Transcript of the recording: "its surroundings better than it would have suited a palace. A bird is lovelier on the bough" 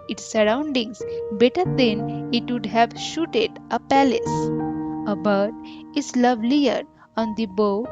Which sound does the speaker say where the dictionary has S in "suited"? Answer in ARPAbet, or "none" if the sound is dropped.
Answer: SH